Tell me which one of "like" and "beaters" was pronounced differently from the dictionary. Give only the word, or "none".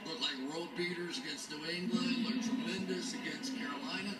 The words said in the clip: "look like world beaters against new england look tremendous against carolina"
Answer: none